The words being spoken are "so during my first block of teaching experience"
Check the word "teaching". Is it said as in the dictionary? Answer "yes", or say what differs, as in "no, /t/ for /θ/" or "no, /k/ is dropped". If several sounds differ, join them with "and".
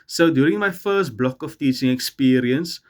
yes